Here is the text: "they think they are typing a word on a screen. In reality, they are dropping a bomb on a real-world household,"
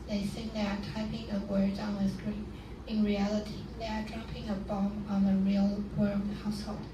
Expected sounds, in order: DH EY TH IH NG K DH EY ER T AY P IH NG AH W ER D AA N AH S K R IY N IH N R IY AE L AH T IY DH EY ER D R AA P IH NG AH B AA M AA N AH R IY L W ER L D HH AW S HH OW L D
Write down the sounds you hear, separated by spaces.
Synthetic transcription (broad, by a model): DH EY S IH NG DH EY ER T AY P IH NG AH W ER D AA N AH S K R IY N IH N R IY AE L AH T IY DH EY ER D R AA P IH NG AH B AA M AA N AH R IY L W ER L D HH AW S HH OW L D